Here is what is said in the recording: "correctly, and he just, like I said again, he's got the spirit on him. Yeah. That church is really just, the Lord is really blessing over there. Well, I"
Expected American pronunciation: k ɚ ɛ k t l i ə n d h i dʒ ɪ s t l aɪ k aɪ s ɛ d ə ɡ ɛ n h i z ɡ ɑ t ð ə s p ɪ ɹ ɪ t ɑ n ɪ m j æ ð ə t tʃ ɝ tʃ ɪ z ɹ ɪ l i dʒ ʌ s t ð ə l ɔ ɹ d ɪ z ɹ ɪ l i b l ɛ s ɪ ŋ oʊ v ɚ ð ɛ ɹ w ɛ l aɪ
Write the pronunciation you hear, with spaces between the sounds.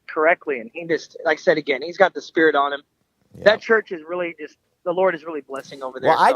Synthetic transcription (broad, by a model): k ɚ ɛ k t l i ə n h i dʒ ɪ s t l aɪ k s ɛ d ə ɡ ɛ n h i z ɡ ɑ t ð ə s p ɪ ɹ ɪ t n ɪ m ð ə t tʃ ɝ tʃ ɪ z ɹ ɪ l i dʒ ʌ s t ð ə l ɔ ɹ d ɪ z ɹ ɪ l i b l ɛ s ɪ ŋ oʊ v ɚ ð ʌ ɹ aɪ